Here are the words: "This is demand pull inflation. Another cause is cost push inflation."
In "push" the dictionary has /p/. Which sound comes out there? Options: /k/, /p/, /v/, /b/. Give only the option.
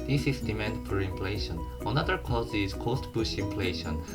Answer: /b/